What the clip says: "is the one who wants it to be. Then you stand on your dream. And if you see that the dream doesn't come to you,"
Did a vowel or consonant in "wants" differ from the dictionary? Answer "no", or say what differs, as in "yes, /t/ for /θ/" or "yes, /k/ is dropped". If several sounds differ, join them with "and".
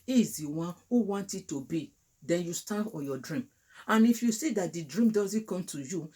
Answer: yes, /s/ is dropped